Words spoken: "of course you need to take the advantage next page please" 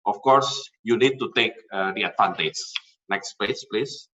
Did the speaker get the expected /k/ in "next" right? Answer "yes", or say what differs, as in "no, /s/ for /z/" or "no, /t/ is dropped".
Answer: yes